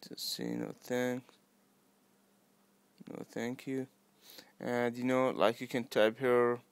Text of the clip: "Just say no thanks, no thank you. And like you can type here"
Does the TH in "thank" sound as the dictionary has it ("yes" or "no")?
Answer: yes